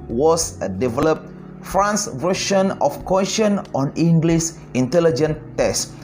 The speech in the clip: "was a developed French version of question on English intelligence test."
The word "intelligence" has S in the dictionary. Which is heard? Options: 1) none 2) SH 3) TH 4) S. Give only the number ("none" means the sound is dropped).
1